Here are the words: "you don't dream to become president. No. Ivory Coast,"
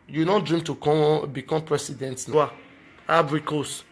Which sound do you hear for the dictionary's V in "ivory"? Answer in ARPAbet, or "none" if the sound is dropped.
B